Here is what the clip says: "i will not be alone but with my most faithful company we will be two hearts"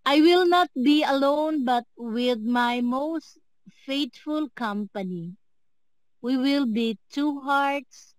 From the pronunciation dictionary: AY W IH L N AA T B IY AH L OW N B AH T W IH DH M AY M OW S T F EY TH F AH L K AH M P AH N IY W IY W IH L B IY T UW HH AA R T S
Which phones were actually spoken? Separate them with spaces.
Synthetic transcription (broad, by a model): AY W IH L N AA T B IY AH L OW N B AH T W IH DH M AY M OW S T F EY T F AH L K AH M P AH N IY W IY W IH L B IY T UW HH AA R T S